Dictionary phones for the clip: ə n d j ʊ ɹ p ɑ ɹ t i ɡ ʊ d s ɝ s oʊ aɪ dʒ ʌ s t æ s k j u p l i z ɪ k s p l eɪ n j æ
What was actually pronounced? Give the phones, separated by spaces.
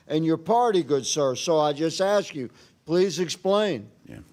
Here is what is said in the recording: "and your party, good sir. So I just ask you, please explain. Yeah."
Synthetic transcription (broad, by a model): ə n j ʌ ɹ p ɑ ɹ t i ɡ ʊ d s ɝ s oʊ aɪ dʒ ʌ s t æ s k j u p l i z ɪ k s p l eɪ n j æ